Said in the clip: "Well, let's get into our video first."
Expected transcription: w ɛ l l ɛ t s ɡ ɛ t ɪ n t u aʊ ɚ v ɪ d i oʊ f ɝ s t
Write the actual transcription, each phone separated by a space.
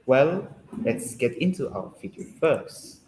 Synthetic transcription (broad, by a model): w ɛ l l ɛ t s ɡ ɛ t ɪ n t u aʊ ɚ f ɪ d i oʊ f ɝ s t